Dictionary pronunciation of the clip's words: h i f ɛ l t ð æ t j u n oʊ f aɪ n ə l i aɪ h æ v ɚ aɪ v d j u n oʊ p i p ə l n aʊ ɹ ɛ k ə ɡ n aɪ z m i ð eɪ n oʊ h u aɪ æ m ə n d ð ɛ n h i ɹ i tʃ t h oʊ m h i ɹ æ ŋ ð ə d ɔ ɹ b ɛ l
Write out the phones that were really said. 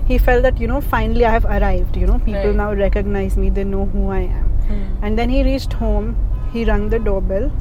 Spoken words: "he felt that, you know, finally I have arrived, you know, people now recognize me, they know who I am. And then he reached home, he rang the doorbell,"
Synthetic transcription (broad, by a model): h i f ɛ l t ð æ t j u n oʊ f aɪ n ə l i aɪ h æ v ɚ aɪ v d j u n oʊ p i p ə l n aʊ ɹ ɛ k ə ɡ n aɪ z m i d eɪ n oʊ h u aɪ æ m ə n d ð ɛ n h i ɹ i tʃ t h oʊ m h i ɹ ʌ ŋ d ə d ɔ b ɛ l